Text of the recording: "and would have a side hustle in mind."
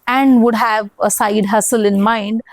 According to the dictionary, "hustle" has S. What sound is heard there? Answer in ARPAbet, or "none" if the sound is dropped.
S